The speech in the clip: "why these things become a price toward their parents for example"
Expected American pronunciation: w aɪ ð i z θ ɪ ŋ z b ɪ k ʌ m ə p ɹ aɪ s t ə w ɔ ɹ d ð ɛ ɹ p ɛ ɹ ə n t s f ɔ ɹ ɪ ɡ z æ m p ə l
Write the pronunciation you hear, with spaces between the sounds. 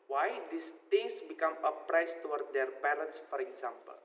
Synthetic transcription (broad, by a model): w aɪ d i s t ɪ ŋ s b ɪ k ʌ m ə p ɹ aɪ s t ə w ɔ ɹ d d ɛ ɹ p ɛ ɹ ə n t s f ɔ ɹ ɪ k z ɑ m p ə l